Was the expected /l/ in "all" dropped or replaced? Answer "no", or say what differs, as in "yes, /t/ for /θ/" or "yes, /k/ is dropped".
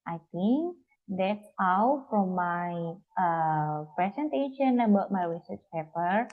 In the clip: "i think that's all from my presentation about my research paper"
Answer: yes, /w/ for /l/